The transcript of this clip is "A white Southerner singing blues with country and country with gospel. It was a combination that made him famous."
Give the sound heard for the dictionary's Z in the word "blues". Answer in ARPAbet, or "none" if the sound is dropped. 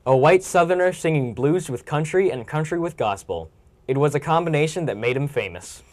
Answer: Z